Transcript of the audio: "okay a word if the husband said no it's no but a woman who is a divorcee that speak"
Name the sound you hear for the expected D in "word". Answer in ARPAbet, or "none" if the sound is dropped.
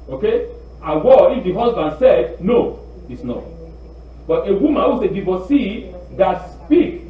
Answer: none